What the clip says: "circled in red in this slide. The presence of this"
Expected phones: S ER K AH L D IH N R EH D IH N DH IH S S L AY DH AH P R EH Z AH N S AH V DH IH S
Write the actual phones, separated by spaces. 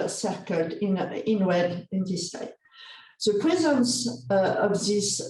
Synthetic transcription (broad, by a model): S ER K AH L D IH N W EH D IH N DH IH S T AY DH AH P R EH Z AH N S AH V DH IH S